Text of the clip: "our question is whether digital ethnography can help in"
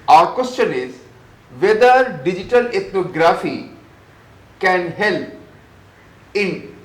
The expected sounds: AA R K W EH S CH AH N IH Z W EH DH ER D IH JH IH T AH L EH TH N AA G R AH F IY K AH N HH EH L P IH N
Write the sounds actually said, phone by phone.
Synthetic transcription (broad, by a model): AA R K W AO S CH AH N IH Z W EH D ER D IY JH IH T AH L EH T N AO G R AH F IY K AH N HH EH L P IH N